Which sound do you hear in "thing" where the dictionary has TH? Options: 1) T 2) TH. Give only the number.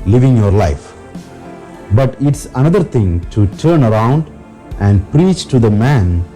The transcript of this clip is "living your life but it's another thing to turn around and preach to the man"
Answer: 1